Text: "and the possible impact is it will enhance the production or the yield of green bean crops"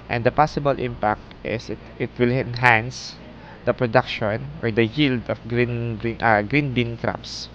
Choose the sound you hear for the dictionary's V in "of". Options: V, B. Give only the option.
B